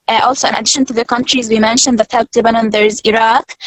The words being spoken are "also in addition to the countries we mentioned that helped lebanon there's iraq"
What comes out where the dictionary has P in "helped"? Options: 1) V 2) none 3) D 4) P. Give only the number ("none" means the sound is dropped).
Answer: 2